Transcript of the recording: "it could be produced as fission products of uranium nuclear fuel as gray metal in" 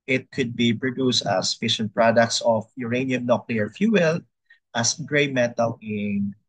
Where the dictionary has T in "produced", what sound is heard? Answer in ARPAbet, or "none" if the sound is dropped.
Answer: T